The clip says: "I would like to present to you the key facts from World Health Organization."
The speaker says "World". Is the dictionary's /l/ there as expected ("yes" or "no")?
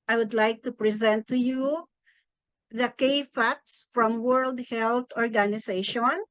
yes